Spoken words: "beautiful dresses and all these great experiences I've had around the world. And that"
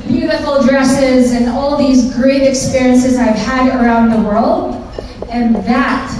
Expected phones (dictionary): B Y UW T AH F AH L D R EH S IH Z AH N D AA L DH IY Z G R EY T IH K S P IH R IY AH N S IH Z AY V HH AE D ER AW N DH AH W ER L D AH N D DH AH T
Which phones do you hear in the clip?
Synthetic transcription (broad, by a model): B Y UW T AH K L D R EH S IH Z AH N AA L DH IY Z G R EY T IH K S P IH R IY AH N S IH Z AY V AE D ER AW N DH AH W ER L D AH N DH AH T